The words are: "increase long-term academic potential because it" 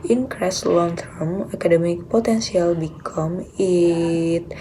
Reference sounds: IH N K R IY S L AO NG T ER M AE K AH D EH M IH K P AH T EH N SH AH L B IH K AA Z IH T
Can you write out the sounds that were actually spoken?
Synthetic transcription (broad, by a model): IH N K R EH S L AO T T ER M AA K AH D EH M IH K P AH T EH N S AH L B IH K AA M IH T